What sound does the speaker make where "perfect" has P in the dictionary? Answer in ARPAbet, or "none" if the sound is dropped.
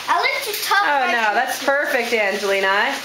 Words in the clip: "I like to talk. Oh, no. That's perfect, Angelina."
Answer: P